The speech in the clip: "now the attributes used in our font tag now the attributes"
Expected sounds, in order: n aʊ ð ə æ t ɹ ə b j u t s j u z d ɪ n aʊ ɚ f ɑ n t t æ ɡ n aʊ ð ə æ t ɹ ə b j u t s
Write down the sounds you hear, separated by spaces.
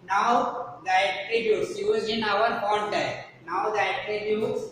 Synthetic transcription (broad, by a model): n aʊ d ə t ɹ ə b j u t s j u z ɪ n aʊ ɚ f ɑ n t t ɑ n aʊ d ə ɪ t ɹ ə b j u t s